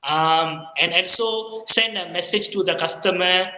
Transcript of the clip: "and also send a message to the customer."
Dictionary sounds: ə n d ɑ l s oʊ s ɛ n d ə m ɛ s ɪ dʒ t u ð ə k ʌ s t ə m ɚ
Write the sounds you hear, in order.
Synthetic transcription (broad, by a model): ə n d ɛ n s oʊ s ɛ n d ə m ɛ s ɪ dʒ t u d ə k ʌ s t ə m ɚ